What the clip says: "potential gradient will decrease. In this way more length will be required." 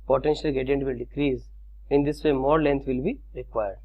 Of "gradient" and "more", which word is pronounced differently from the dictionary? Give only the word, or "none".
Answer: gradient